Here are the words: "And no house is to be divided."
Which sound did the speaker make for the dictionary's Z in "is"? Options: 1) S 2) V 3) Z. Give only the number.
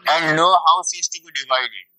1